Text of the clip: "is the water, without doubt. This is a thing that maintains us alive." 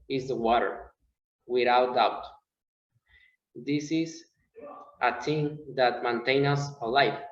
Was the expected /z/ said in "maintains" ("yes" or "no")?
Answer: no